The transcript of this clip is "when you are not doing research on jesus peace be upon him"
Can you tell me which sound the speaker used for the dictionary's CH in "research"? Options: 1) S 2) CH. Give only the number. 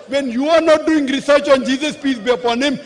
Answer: 2